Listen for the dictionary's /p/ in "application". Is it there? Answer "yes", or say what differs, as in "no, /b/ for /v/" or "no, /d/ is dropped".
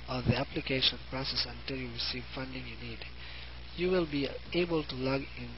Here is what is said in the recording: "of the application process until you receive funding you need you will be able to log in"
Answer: yes